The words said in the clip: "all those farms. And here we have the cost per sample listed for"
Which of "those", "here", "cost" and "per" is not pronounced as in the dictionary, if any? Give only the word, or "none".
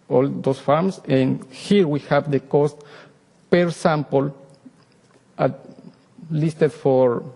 those